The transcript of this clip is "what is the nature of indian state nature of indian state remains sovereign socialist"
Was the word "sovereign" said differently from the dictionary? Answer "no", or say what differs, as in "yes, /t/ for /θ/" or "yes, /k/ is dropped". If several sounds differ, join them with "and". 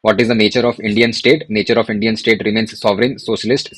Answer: no